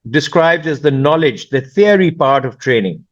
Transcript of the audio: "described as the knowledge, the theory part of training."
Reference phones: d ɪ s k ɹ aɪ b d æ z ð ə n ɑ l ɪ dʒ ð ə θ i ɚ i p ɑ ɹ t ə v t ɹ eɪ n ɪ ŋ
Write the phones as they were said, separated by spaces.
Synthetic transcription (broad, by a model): d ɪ s k ɹ aɪ b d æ z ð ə n ɑ l ɪ dʒ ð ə f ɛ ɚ i p ɑ ɹ t ə v t ɹ eɪ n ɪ ŋ